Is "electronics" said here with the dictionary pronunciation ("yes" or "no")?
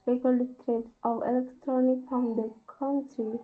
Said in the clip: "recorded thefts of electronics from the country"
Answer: no